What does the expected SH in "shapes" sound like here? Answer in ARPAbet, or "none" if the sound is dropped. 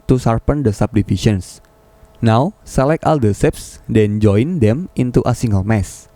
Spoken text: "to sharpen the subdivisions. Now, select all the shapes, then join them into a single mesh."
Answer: S